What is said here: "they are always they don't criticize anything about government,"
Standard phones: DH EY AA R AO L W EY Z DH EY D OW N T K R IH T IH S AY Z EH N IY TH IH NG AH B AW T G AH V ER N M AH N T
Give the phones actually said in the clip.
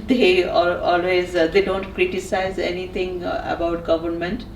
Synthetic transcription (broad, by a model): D EY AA L AO L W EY Z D EY D OW N T K R IH T IH S AY Z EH N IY T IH NG AH B AW T G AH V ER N M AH N T